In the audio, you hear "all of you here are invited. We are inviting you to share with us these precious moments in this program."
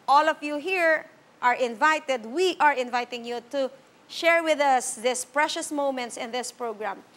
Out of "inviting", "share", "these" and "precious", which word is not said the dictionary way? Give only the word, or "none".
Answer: these